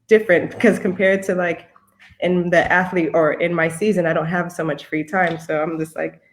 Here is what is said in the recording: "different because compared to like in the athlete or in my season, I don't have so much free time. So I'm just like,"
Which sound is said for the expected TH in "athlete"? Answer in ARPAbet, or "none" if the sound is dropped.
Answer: TH